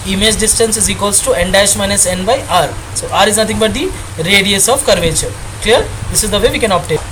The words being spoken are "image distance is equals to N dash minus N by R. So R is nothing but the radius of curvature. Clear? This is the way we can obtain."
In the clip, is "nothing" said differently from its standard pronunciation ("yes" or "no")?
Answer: yes